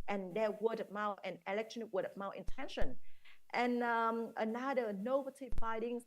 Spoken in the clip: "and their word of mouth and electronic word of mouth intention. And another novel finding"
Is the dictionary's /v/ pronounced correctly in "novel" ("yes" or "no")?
no